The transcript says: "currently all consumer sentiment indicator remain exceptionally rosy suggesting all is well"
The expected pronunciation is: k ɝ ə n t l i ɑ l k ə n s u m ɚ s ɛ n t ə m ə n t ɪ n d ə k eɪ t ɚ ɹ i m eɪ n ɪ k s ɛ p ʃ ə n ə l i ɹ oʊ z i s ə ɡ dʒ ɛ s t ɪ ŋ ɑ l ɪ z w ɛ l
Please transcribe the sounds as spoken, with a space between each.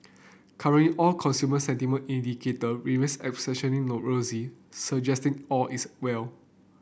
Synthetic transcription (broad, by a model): k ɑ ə n l i ɑ l k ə n s u m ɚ s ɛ n t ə m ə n ɪ n d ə k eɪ t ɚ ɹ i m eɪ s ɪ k s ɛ ʃ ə n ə n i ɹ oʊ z i s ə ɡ dʒ ɛ s t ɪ ŋ ɑ l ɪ s w ɛ l